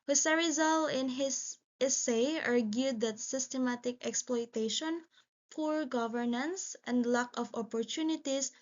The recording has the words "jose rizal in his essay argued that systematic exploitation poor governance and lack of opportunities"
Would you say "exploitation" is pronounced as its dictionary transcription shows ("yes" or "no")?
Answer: yes